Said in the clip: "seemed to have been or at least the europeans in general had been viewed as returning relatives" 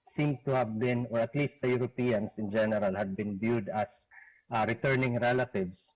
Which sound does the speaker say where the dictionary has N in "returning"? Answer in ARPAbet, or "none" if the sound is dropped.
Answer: N